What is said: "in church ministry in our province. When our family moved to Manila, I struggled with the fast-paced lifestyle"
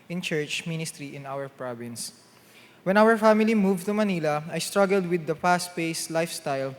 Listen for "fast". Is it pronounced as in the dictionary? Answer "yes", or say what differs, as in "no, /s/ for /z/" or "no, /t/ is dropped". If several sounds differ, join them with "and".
no, /p/ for /f/